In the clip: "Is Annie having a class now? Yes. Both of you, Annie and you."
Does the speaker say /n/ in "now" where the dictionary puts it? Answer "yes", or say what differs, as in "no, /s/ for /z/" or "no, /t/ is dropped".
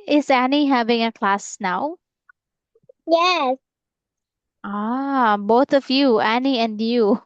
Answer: yes